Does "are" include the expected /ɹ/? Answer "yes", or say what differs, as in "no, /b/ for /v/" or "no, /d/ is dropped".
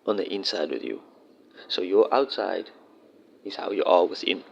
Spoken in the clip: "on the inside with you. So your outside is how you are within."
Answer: no, /l/ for /ɹ/